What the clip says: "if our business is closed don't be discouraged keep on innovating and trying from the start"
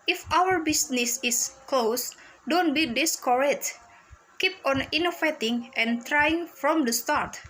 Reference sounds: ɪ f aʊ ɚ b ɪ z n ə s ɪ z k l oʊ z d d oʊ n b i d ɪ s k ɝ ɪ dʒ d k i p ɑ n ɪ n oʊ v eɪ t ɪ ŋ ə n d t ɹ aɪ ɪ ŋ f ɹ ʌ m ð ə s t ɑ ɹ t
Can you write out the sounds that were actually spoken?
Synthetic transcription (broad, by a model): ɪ f aʊ ɚ b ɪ s n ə s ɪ s k l oʊ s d d oʊ n b i d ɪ s k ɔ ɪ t k i p ɑ n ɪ n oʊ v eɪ t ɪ ŋ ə n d t ɹ aɪ ɪ ŋ f ɹ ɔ m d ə s t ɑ ɹ t